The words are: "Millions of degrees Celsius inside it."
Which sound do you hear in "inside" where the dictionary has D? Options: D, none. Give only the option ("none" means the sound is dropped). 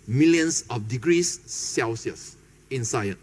none